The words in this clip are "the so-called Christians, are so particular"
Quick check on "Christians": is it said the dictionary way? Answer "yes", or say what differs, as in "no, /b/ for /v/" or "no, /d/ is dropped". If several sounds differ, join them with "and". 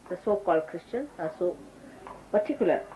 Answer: no, /z/ is dropped